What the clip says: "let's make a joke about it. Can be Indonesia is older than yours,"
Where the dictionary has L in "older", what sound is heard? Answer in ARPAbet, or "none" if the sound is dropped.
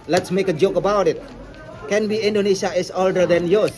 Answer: L